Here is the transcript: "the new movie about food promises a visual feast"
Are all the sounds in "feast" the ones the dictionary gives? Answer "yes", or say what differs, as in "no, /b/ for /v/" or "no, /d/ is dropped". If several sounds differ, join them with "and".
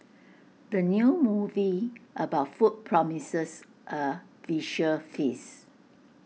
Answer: no, /t/ is dropped